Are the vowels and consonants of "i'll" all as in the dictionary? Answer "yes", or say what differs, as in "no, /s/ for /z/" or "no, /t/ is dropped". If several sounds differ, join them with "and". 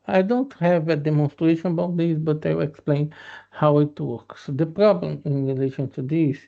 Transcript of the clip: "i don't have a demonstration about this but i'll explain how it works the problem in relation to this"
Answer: no, /w/ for /l/